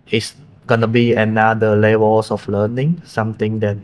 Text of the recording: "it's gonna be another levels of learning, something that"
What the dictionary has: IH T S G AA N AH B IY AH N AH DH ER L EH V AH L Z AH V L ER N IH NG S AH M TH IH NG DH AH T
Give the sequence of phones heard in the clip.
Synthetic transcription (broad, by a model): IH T S G AA N AH B IY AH N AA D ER L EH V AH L S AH F L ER N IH NG S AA M T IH NG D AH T